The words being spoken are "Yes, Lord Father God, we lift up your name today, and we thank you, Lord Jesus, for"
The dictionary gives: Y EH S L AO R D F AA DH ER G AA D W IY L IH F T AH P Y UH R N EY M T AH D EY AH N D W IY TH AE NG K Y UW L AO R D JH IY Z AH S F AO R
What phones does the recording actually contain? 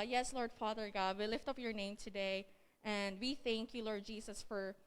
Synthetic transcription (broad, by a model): Y EH S L AO R D F AA DH ER G AA D W IY L IH F T AH P Y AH R N EY M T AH D EY AH N D W IY TH AE NG K Y UW L AO R D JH IY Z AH S F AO R